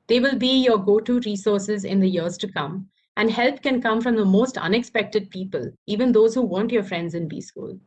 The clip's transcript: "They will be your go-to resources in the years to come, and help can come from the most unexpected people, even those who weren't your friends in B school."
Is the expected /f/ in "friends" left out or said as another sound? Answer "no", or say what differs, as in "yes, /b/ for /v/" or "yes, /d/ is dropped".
no